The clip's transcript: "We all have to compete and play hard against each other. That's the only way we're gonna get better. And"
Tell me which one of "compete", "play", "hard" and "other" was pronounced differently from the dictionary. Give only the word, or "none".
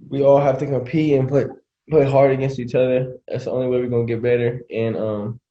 compete